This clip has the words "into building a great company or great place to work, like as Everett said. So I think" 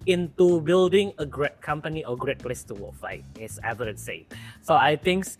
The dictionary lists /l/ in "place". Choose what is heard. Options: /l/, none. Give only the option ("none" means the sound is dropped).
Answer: /l/